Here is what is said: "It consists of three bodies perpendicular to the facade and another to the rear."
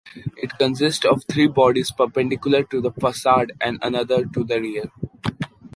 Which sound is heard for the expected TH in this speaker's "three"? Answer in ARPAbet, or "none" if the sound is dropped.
T